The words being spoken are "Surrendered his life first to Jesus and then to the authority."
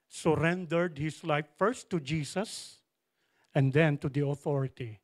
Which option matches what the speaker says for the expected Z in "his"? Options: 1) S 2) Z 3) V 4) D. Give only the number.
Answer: 1